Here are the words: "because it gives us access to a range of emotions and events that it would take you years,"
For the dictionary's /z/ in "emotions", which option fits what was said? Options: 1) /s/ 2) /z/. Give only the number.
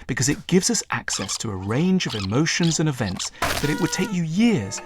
2